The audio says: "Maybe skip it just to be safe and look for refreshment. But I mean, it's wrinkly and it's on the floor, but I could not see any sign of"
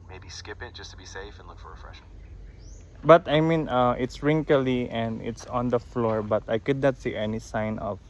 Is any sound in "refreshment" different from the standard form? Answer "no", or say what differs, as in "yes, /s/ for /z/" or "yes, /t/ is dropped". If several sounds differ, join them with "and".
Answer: yes, /n/ is dropped